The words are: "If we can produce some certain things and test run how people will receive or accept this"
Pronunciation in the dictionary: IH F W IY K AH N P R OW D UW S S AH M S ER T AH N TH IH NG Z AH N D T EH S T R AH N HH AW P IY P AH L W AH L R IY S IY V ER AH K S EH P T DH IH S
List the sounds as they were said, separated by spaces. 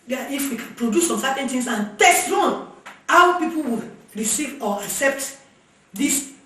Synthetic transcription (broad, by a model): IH F W IY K P R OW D UW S S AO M S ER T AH N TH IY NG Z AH N T EH S T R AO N HH AW P IY P AH L W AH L R IY S IY V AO AH K S EH P T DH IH S